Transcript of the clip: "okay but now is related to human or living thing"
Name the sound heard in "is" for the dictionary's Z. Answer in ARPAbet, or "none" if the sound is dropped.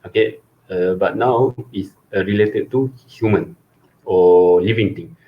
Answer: S